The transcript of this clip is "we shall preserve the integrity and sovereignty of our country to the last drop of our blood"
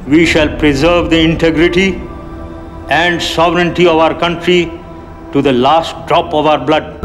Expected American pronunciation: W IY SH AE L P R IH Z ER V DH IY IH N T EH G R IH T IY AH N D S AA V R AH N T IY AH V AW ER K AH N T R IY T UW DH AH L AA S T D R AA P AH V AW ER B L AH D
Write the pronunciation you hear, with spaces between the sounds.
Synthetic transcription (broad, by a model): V IY SH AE L P R IH Z ER V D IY IH N T EH G R IH T IY AH N D S AA V R AH N T IY AH V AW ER K AH N T R IY T UW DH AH L AA S T D R AA P AH V AW ER B L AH D